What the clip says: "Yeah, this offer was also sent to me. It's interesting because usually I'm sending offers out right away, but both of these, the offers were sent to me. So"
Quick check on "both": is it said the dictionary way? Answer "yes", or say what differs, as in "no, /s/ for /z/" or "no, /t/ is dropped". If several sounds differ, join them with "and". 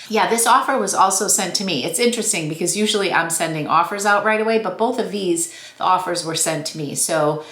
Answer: yes